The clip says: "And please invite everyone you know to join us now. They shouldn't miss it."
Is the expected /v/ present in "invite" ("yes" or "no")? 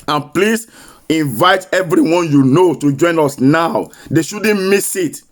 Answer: yes